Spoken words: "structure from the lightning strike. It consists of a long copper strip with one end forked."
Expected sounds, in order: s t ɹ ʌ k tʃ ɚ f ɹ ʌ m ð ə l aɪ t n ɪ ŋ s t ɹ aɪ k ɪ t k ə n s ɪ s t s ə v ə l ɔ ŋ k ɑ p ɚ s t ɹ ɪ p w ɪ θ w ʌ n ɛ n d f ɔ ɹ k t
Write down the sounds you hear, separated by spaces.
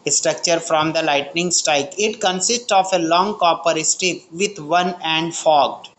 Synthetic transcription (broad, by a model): s t ɹ ʌ k tʃ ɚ f ɹ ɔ m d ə l aɪ t n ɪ ŋ s t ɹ aɪ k ɪ t k ə n s ɪ s t s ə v ə l ɔ ŋ k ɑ p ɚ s t ɪ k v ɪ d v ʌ n ɛ n d f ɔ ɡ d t